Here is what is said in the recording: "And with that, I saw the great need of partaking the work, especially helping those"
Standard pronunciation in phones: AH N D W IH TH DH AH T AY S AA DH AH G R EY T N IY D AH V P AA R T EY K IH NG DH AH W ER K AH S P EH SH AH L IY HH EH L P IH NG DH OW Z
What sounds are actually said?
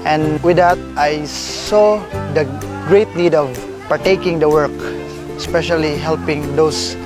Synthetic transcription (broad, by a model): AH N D W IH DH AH T AY S AA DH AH G R EY T N IY D AH V P AA R T EY K IH NG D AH W ER K AH S P EH SH AH L IY HH EH L P IH NG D OW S